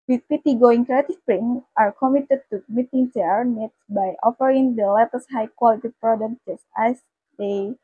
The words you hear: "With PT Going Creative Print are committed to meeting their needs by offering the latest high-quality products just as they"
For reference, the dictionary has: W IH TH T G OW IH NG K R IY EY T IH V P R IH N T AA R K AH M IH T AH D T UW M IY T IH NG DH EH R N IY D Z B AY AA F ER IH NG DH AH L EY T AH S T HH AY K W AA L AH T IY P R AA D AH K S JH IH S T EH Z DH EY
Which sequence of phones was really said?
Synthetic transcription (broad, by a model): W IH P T G OW IH NG K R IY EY T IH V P R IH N T AA R K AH M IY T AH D T UW M IY T IH NG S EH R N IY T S B AY AA F ER IH NG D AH L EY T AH S HH AY K W AA L AH T IY P R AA D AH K JH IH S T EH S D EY